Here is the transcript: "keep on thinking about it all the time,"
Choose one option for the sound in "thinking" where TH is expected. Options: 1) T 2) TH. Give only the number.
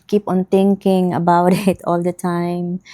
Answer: 1